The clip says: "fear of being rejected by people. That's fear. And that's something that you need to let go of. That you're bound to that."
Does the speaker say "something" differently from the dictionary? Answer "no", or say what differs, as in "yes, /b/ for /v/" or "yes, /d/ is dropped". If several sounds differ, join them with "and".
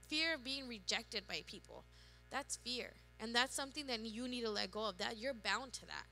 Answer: no